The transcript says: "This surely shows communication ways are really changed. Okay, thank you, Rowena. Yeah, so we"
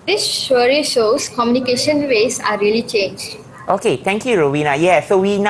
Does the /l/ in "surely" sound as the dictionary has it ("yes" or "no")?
no